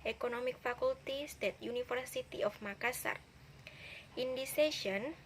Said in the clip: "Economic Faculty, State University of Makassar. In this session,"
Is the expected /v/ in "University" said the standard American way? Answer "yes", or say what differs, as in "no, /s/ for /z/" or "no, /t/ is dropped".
no, /f/ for /v/